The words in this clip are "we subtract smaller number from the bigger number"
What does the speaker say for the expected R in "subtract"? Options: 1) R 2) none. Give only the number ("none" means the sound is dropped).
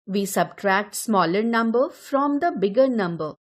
1